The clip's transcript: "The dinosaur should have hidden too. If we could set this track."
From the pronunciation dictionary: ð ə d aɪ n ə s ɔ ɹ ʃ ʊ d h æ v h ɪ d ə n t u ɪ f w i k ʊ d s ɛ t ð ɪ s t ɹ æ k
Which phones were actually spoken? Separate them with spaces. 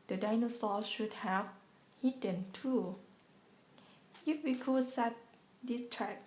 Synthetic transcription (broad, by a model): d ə d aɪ n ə s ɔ l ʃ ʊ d h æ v h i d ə n t u ɪ f w i k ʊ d s ɛ t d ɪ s t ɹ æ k